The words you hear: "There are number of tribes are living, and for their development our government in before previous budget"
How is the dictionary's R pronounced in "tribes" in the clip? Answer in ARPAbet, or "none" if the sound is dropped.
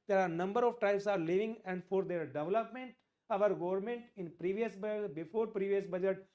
none